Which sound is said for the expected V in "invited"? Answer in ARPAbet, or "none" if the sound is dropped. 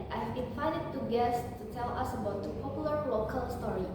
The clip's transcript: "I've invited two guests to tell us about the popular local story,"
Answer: F